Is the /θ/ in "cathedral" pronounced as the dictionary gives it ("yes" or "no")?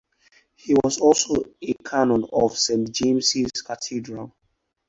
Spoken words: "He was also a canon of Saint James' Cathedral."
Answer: no